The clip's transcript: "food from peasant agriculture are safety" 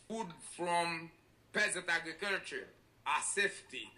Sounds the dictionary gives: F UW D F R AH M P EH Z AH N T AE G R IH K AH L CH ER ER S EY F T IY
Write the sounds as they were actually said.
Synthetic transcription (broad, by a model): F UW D F R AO M P EH Z AH N T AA G R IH K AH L CH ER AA S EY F T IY